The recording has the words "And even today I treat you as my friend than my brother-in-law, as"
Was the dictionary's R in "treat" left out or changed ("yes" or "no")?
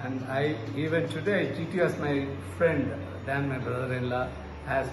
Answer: yes